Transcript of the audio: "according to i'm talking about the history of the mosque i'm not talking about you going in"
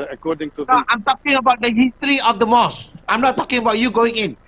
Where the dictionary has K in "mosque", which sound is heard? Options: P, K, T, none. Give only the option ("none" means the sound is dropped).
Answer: none